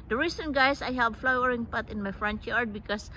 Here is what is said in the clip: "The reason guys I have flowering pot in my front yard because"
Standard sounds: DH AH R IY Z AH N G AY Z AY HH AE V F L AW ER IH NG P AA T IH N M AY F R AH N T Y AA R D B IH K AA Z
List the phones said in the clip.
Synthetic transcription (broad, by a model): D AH R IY S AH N G AY S AY HH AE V F L AW ER IH NG P AA T IH N M AY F R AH N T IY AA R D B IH K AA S